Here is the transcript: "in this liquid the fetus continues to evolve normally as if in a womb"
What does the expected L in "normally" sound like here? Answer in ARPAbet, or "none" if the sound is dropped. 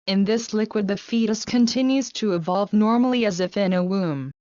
L